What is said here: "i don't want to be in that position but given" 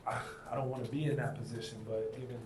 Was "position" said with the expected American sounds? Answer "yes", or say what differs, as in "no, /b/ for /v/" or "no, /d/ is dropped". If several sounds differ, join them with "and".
yes